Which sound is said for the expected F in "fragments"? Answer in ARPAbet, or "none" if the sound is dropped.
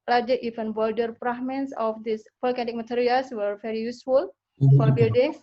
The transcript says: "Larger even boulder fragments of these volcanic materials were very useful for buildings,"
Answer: P